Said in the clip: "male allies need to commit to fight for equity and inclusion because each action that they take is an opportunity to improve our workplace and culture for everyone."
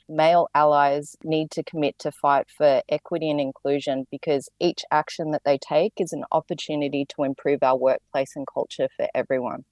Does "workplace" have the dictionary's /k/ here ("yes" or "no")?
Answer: yes